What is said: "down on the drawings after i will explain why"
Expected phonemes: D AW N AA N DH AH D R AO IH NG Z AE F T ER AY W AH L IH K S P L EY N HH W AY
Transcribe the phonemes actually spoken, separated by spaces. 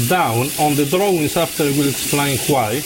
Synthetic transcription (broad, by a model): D AW N AA N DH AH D R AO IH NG S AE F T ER W AH L IH K S P L EY N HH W AY